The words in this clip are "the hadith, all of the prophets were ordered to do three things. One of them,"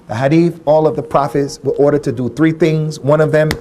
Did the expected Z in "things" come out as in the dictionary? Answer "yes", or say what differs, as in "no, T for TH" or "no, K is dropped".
yes